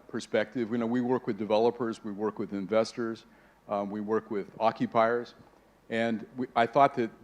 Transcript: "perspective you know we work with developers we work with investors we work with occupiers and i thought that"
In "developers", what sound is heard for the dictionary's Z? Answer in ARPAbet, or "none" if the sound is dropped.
Z